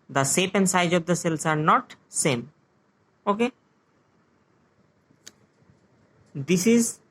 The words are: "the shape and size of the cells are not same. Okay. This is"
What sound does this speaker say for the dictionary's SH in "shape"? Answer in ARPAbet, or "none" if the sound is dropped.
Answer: S